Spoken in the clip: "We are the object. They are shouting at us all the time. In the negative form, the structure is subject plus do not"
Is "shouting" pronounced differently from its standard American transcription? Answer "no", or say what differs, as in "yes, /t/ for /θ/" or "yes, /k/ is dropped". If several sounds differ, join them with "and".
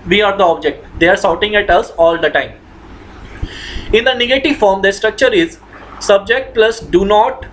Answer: yes, /s/ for /ʃ/